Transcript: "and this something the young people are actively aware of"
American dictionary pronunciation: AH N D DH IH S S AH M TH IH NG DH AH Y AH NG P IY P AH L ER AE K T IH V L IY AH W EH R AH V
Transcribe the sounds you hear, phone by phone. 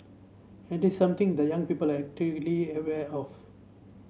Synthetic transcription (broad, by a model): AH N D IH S S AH M T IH NG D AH Y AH NG P IY P AH L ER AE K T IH L IY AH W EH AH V